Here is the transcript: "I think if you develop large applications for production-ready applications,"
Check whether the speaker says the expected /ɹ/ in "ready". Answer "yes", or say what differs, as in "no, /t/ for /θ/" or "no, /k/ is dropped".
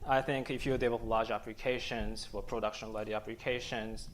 no, /l/ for /ɹ/